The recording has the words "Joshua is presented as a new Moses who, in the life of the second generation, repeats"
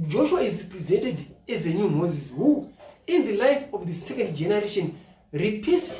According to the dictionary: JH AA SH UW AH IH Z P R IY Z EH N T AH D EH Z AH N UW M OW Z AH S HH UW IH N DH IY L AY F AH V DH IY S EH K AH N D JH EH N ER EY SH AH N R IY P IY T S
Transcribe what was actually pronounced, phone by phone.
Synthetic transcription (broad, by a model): JH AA SH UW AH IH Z P R IY Z EH N T AH D EH Z AH N UW M OW Z AH S HH UW IH N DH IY L AY F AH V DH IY S EH K AH N D JH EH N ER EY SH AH N R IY P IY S